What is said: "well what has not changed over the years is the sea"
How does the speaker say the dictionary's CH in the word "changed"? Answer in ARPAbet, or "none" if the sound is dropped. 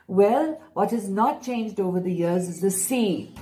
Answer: CH